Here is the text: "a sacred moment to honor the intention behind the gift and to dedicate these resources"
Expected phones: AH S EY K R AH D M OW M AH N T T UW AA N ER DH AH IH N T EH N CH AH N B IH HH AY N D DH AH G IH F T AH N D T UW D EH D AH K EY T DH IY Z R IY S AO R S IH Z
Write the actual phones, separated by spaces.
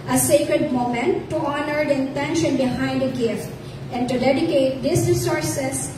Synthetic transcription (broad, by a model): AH S EY K R AH D M OW M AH N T T UW AA N ER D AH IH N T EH N SH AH N B IH HH AY N D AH G IH F T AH N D T UW D EH D AH K EY T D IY S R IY S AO R S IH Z